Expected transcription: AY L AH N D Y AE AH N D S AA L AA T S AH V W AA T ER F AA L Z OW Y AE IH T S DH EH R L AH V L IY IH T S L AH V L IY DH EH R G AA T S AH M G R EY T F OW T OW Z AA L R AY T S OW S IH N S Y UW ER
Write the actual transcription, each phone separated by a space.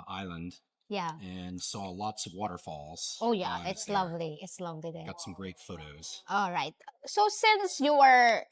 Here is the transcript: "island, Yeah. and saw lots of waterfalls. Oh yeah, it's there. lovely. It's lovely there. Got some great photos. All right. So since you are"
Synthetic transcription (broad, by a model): AY L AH N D Y AE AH N S AA L AA T S AH V W AA T ER F AA L Z OW Y AE IH T S L AH V L IY IH T S L AH V L IY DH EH G AA T S AH M G R EY T F OW T OW Z AA L R AY T S OW S IH N S Y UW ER